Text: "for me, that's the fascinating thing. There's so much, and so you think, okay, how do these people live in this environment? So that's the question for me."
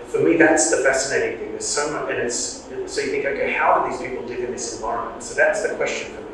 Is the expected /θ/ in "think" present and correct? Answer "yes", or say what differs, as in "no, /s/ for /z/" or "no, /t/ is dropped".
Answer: yes